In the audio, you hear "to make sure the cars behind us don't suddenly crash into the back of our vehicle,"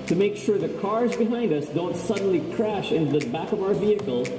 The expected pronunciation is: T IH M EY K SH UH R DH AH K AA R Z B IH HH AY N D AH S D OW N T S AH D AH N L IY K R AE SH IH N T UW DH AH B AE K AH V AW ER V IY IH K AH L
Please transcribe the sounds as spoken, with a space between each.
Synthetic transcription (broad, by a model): T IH M EY K SH UH R DH AH K AA R Z B IH HH AY N D AH S D OW N T S AH D N L IY K R AE SH IH N T UW DH AH B AE K AH V AW ER V IY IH K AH L